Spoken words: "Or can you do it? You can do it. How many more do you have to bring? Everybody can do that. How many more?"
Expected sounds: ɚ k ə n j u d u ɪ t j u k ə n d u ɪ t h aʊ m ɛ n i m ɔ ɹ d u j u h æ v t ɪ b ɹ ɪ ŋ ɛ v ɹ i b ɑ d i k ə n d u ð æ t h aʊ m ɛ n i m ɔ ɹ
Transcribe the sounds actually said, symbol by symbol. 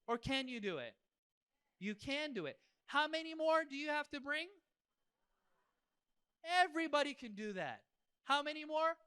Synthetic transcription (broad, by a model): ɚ k ə n j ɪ d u ɪ t j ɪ k ə n d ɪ ɪ t h aʊ m ɛ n i m ɔ ɹ d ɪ j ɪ h æ f t ɪ b ɹ ɪ ŋ ɛ v ɹ i b ɑ d i k ə n d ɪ ð æ t h aʊ m ɛ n i m ɔ ɹ